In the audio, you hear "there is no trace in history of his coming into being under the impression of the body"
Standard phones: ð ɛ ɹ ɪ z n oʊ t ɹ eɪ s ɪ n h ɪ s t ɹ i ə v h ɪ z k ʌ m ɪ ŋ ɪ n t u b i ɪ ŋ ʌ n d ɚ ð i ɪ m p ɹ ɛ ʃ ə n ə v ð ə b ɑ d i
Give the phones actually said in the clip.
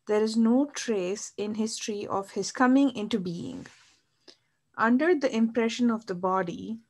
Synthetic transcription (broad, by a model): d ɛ ɹ ɪ z n oʊ t ɹ eɪ s ɪ n h ɪ s t ɹ i ə v h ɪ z k ʌ m ɪ ŋ ɪ n t u b i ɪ ŋ ʌ n d ɚ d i ɪ m p ɹ ɛ ʃ ə n ə v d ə b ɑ d i